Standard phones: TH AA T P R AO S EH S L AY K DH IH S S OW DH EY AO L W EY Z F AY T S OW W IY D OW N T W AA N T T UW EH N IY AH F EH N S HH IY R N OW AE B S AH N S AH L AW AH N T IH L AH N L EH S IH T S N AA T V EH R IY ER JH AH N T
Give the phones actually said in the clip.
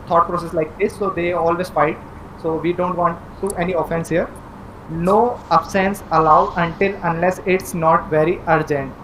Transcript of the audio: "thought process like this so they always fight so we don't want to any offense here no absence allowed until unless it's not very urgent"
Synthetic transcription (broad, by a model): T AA T P R AO S EH S L AY K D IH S S OW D EY AO L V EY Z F AY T S OW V IY D OW N T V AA N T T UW EH N IY AH F EH N S HH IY R N OW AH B S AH N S AH L AW AH N T IH L AH N L EH S IH T S N AA T V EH R IY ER JH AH N T